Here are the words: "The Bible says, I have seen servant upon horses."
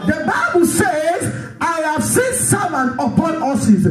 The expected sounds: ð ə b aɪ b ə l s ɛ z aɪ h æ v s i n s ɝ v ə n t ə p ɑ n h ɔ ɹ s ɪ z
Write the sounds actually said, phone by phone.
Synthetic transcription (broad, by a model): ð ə b aɪ b ə l s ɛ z aɪ h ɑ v s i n s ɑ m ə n ə p ɑ n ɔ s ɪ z